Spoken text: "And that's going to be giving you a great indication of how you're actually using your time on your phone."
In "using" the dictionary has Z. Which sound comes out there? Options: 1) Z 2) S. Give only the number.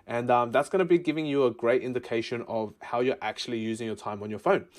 1